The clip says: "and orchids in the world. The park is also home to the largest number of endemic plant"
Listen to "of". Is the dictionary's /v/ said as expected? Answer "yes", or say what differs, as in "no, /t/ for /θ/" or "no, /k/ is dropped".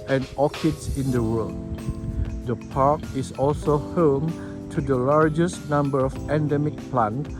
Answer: no, /p/ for /v/